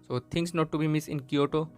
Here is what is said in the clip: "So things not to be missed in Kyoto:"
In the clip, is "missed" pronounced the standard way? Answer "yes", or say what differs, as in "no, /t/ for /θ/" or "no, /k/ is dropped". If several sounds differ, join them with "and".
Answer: no, /t/ is dropped